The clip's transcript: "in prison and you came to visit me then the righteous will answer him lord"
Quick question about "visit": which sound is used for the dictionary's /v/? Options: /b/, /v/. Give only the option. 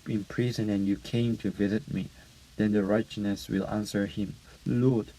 /v/